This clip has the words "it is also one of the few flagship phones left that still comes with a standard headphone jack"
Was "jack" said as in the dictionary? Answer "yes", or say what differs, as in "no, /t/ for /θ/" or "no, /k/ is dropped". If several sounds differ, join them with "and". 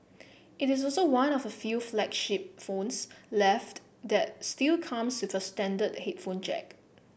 no, /tʃ/ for /dʒ/